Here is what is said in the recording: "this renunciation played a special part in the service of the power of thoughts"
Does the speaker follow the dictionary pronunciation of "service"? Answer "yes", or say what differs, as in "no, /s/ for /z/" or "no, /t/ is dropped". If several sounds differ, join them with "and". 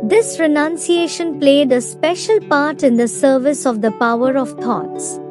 yes